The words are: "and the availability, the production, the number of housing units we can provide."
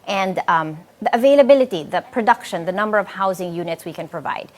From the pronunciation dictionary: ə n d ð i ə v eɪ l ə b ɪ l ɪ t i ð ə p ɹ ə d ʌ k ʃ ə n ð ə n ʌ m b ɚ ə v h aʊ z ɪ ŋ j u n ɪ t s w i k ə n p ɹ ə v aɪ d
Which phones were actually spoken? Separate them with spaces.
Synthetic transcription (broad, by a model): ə n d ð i ə v eɪ l ə b ɪ l ɪ t i ð ə p ɹ ə d ʌ k ʃ ə n ð ə n ʌ m b ɚ ə v h aʊ z ɪ ŋ j u n ɪ t s w i k ə n p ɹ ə v aɪ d